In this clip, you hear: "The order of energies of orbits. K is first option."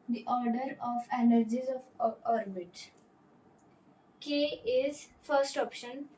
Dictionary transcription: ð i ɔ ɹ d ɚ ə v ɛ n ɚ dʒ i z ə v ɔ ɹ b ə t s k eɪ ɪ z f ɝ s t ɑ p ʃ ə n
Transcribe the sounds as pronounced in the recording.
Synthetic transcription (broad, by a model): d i ɔ ɹ d ɚ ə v ɛ n ɚ dʒ i z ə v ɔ ɹ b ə t k eɪ ɪ z f ɝ s t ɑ p ʃ ə n